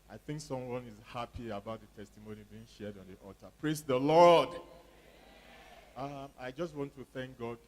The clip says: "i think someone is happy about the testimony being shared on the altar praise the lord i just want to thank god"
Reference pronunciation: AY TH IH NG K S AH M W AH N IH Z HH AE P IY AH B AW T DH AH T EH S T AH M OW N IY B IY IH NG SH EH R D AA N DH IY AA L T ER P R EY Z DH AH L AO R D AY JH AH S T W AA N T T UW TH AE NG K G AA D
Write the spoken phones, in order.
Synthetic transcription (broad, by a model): AY TH IH NG K S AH M W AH N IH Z HH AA P IY AH B AW T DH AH T EH S T AH M OW N IY B IY IH NG SH EH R D AA N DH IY AA T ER P R EY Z DH AH L AO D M AY JH AH S T W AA N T T UW TH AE NG K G AA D